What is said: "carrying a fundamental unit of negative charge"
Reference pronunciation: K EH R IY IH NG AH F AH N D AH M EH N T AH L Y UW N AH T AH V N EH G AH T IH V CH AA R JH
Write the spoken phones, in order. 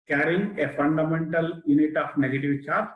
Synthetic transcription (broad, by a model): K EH R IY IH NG AH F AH N D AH M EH N T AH L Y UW N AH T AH P N EH G AH T IH V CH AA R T